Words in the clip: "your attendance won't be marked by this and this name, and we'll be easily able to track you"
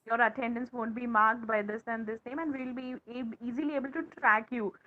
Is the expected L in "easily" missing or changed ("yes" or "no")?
no